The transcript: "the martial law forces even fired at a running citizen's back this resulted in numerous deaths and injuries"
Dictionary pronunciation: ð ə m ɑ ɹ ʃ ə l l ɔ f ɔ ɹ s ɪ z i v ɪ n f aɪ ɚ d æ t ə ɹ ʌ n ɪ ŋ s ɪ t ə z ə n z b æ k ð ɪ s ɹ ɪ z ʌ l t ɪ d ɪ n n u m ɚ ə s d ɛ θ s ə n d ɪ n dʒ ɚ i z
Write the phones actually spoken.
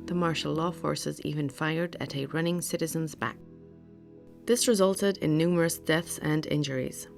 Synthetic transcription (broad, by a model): ð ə m ɑ ɹ ʃ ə l l ɔ f ɔ ɹ s ɪ z i v ɪ n f aɪ ɚ d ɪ t ə ɹ ʌ n ɪ ŋ s ɪ t ə z ə n z b æ k ð ɪ s ɹ ɪ z ʌ l t ɪ d ɪ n n u m ɚ ə s d ɛ θ s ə n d ɪ n dʒ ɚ i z